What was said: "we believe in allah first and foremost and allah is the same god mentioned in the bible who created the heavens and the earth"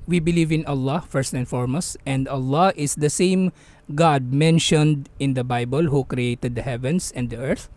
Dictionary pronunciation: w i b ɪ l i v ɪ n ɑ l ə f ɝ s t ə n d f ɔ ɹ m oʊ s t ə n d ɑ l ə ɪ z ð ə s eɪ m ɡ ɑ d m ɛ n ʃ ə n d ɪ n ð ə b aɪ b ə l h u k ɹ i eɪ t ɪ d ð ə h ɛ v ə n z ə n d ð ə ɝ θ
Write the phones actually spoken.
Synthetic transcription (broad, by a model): w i b ɪ l i v ɪ n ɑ l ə f ɝ s t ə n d f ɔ ɹ m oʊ s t ə n d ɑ l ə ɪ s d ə s eɪ m ɡ ɑ d m ɛ n ʃ ə n d ɪ n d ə b aɪ b ə l h u k ɹ i eɪ t ɪ d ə h ɛ v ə n s ə n d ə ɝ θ